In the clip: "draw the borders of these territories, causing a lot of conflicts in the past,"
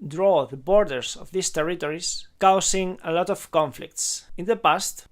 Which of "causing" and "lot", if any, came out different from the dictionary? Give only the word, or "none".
causing